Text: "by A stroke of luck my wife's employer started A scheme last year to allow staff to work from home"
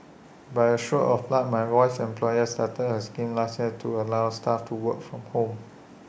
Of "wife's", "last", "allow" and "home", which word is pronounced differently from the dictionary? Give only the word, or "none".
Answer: wife's